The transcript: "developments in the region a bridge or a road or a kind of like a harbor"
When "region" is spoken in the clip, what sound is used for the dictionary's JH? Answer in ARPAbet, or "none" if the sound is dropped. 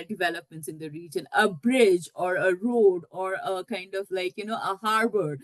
JH